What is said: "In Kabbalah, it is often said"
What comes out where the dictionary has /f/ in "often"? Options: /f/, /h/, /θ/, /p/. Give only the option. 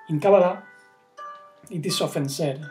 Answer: /f/